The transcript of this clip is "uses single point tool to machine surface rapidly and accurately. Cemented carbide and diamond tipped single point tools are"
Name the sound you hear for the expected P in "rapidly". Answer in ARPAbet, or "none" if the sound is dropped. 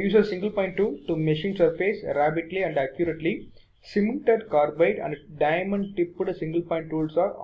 B